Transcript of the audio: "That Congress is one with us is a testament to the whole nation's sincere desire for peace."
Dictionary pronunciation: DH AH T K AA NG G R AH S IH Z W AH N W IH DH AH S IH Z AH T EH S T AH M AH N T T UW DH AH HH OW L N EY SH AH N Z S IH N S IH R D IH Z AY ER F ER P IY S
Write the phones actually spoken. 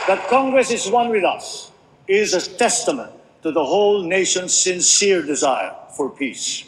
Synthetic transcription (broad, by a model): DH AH T K AA NG G R AH S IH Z W AH N W IH DH AH S IH Z AH T EH S T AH M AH N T T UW DH AH HH OW L N EY SH AH N Z S IH N S IH R D IH Z AY ER F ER P IY S